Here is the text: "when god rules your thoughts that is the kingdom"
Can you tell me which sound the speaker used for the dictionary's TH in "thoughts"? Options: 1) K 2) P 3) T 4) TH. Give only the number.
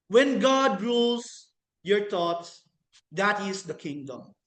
3